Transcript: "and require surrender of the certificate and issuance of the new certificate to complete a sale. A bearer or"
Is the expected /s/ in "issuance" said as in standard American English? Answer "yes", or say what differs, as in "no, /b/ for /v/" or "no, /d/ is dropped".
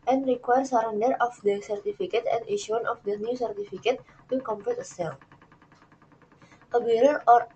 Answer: no, /s/ is dropped